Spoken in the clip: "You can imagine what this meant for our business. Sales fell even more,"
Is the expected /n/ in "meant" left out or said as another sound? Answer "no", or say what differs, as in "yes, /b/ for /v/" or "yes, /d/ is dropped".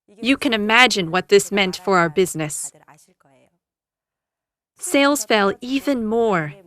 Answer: no